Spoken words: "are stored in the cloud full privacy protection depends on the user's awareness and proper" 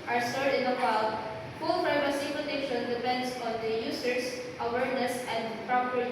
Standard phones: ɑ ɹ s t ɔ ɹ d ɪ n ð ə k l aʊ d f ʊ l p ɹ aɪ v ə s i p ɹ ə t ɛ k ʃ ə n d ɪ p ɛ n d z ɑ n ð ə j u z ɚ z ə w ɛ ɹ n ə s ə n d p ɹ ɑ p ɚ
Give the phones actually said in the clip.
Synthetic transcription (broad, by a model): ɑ ɹ s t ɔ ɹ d ɪ n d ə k aʊ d f ʊ l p ɹ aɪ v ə s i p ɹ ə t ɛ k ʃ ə n d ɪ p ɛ n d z ɑ n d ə j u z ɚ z ə w ɛ ɹ n ə s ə n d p ɹ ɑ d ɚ